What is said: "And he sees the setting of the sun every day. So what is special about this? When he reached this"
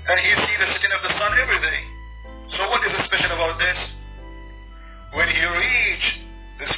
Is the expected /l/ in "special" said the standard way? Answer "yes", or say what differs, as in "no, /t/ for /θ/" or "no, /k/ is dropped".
no, /n/ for /l/